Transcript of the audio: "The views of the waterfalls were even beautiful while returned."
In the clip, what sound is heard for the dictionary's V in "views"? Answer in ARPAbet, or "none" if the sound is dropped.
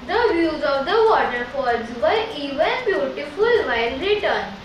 V